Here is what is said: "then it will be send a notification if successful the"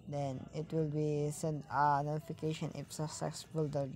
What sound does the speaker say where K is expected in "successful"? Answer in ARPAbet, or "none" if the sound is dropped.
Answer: none